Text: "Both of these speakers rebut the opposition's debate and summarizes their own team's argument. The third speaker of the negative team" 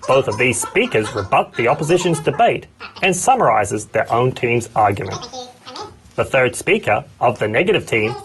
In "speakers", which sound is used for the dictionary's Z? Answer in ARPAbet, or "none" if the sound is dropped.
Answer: Z